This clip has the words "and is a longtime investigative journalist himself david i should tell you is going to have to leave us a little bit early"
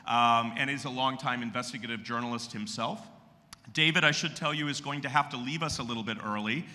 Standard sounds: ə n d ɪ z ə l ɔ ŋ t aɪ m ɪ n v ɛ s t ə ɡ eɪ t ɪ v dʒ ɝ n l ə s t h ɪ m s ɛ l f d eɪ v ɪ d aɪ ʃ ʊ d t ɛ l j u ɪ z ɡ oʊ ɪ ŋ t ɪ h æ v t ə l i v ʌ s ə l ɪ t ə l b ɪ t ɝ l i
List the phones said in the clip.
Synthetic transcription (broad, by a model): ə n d ɪ z ə l ɔ ŋ t aɪ m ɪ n v ɛ s t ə ɡ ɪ t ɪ v dʒ ɝ n l ə s t h ɪ m s ɛ l f d eɪ v ɪ d aɪ ʃ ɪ d t ɛ l j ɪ ɪ z ɡ oʊ ɪ ŋ t ɪ h æ f t ə l i v ʌ s ə l ɪ t l b ɪ t ɝ l i